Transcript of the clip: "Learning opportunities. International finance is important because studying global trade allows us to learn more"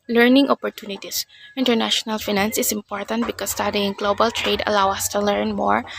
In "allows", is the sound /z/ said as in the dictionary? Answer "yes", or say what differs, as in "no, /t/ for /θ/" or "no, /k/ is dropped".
no, /z/ is dropped